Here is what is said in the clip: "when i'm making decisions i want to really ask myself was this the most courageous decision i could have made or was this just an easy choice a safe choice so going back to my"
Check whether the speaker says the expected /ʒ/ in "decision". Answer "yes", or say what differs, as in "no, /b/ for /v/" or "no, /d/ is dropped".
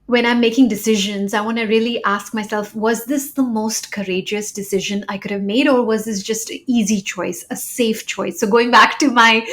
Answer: yes